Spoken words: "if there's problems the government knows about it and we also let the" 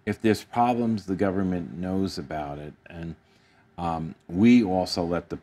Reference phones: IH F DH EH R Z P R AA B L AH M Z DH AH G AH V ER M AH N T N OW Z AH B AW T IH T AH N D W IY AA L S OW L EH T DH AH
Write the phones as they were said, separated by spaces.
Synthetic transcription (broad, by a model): IH F DH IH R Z P R AA B L AH M Z DH AH G AH V ER M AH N N OW Z AH B AW T IH T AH N W IY AA L S OW L EH T DH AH